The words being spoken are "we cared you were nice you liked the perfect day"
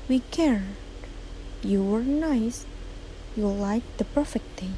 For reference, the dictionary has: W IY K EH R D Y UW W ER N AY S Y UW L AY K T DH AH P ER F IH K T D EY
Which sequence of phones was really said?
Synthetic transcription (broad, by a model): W IY K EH R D Y UW W ER N AY S Y UW L AY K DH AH P ER F IH K T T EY